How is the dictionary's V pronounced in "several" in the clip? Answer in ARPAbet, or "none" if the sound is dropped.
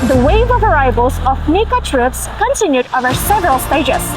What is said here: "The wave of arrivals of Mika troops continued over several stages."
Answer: V